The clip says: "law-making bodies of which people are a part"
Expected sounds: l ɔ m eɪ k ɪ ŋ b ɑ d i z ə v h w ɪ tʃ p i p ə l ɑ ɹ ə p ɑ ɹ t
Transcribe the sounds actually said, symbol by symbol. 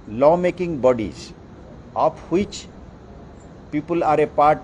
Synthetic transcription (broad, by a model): l ɔ m eɪ k ɪ ŋ b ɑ d i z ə p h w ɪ tʃ p i p ə l ɑ ɹ ə p ɑ ɹ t